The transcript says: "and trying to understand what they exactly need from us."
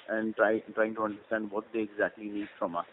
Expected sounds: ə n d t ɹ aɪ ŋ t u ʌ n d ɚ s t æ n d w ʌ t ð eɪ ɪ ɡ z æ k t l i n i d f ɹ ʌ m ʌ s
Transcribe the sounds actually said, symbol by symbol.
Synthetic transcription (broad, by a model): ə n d t ɹ aɪ ŋ t u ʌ n d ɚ s t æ n d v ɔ t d eɪ ɪ ɡ z æ k t l i n i d f ɹ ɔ m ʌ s